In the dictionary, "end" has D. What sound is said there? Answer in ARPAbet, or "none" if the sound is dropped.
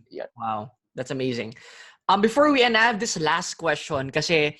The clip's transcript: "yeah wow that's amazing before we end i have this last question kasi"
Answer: none